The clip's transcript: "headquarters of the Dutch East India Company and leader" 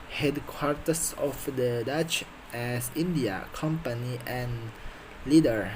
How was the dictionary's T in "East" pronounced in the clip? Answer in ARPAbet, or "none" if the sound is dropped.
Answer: none